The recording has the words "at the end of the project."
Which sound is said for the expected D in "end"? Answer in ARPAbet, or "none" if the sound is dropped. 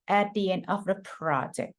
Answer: none